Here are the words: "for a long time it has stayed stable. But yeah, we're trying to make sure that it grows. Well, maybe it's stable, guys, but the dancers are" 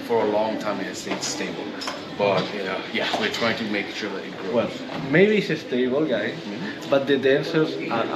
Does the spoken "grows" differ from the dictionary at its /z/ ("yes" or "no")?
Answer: yes